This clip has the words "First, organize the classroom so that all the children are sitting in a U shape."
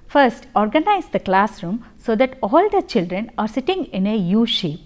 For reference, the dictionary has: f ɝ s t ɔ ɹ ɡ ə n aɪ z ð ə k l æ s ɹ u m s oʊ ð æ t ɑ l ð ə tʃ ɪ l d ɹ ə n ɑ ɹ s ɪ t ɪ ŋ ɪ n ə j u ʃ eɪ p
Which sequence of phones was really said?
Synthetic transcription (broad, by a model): f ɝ s t ɔ ɹ ɡ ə n aɪ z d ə k l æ s ɹ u m s oʊ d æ t ɑ l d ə tʃ ɪ l d ɹ ə n ɑ ɹ s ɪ t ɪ ŋ ɪ n ə j u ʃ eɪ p